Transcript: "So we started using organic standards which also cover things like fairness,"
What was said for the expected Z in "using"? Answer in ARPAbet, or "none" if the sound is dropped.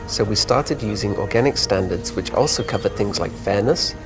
Z